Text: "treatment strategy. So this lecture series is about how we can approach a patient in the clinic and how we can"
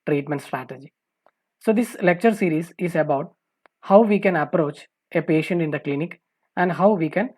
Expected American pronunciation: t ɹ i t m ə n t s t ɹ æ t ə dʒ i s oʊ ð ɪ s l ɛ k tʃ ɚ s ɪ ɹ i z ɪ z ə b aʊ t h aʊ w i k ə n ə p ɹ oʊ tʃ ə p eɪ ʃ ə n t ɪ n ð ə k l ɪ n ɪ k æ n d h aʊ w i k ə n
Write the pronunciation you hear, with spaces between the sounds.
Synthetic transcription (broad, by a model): t ɹ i t m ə n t s t ɹ æ t ə dʒ i s oʊ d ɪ s l ɛ k tʃ ɚ s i ɹ i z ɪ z ə b aʊ t h aʊ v i k ə n ə p ɹ oʊ tʃ ə p eɪ ʃ ə n t ɪ n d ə k l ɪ n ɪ k æ n d h aʊ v i k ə n